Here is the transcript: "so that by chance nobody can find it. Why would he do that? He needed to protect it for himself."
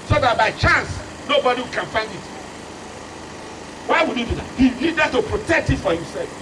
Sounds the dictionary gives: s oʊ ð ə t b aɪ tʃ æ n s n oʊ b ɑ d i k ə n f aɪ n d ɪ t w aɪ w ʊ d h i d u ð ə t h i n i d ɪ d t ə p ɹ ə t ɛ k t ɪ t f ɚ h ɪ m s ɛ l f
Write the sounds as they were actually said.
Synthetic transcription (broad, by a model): s oʊ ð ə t b aɪ tʃ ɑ n s n oʊ b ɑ d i k ə n f aɪ n d ɪ t w aɪ w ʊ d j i d u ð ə t h i l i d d t ə p ɹ ə t ɛ k t ɪ t f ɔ h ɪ m s ɛ l f